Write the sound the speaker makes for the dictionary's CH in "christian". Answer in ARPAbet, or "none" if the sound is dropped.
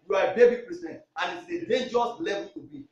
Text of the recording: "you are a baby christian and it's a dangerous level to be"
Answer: none